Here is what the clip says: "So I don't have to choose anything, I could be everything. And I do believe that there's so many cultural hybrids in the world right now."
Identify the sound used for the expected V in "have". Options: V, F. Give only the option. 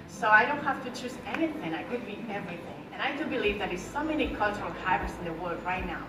F